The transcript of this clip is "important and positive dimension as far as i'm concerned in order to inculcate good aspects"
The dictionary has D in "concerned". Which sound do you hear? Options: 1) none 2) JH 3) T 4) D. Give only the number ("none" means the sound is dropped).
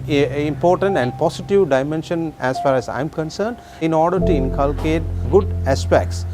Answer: 4